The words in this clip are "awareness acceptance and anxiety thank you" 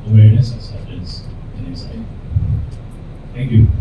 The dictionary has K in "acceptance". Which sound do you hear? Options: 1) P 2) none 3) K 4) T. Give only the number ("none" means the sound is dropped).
2